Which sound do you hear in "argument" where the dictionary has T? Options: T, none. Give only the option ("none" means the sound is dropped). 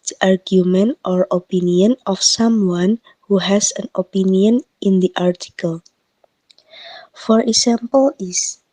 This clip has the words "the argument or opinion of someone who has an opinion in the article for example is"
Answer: T